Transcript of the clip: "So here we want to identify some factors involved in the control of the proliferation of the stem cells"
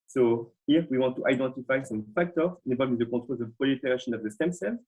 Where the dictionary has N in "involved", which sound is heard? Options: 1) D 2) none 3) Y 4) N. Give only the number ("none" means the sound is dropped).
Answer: 2